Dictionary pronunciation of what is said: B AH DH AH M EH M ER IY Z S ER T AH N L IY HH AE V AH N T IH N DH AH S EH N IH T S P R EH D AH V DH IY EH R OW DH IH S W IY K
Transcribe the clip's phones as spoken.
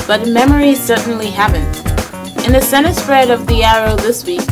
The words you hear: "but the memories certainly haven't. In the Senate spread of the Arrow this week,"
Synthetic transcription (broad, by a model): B AH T M EH M ER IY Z S ER T N L IY HH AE P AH N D IH N DH AH S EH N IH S F R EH D AH V DH IY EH R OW DH IH S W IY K